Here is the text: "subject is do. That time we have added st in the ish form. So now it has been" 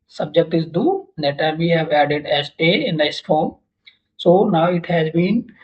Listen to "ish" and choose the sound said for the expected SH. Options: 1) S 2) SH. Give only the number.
1